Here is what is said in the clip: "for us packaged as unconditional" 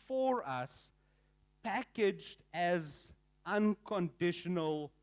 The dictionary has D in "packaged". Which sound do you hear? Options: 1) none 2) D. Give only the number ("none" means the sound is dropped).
2